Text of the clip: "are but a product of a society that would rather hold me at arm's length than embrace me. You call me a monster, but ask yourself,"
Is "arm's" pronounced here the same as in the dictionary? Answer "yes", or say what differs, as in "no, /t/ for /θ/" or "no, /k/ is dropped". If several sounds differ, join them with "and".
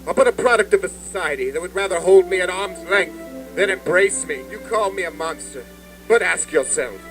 yes